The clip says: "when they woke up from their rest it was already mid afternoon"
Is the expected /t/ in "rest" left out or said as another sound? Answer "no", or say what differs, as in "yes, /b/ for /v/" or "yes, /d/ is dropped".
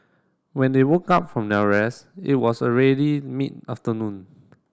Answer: yes, /t/ is dropped